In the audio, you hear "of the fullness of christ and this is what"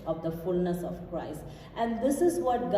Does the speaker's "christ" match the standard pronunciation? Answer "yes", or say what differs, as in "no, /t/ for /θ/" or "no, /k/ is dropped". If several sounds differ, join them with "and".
yes